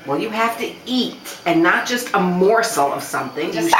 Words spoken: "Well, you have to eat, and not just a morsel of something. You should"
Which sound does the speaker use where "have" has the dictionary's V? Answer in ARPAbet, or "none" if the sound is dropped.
F